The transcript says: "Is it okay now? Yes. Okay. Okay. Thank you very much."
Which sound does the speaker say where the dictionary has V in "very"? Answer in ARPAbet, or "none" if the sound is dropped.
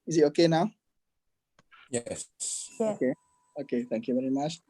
V